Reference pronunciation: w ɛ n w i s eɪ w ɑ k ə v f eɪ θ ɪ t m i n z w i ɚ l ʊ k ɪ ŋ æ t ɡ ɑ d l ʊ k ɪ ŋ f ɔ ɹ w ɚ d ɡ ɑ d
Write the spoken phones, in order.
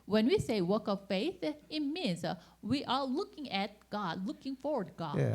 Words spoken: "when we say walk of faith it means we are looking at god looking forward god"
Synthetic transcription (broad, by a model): w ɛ n w i s eɪ w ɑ k ə v f eɪ θ ɪ t m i n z w i ɚ l ʊ k ɪ ŋ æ t ɡ ɑ d l ʊ k ɪ ŋ f ɔ ɹ w ɚ d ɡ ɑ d